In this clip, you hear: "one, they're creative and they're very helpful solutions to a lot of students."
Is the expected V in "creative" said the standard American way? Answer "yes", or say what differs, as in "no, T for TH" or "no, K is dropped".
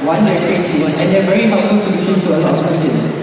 no, V is dropped